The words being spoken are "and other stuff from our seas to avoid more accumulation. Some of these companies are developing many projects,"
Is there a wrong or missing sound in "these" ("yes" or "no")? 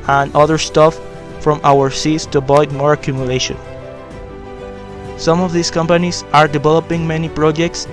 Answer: yes